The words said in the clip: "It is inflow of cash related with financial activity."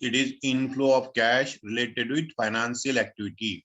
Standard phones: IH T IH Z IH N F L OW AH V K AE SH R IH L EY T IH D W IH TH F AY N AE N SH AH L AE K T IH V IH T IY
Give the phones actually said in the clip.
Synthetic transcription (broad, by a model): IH T IH Z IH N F L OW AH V K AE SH R IH L EY T IH D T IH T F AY N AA N S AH L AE K T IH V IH T IY